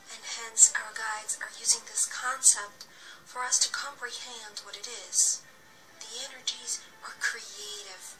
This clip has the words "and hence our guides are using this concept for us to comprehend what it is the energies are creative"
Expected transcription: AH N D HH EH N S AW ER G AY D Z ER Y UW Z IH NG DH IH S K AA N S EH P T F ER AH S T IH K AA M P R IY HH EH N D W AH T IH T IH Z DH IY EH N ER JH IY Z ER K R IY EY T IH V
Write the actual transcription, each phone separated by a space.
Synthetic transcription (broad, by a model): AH N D HH EH N S AW ER G AY D Z ER Y UW Z IH NG DH IH S K AA N S EH P T F ER AH S T IH K AA M P R IY HH EH N D W AH T IH T IH Z DH IY EH N ER JH IY Z ER K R IY EY T IH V